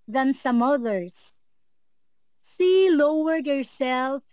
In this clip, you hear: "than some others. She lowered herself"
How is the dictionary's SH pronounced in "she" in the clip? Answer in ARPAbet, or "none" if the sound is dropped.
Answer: S